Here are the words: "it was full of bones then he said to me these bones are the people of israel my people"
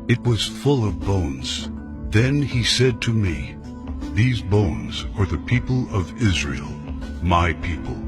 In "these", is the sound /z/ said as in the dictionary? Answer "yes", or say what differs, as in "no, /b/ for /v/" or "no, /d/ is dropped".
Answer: yes